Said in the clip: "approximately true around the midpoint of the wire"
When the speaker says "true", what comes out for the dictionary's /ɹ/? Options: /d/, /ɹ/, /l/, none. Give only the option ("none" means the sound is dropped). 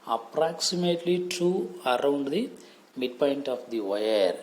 none